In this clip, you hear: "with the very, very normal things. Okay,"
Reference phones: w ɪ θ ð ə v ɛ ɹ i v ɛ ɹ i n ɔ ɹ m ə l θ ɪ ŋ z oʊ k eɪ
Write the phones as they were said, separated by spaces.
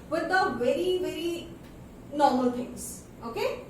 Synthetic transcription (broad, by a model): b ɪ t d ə v ɛ ɹ i v ɛ ɹ i n ɔ ɹ m ə l t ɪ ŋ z oʊ k eɪ